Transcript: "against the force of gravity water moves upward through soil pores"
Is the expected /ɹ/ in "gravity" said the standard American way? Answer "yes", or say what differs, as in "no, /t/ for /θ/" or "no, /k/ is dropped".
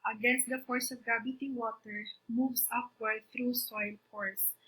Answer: no, /ɹ/ is dropped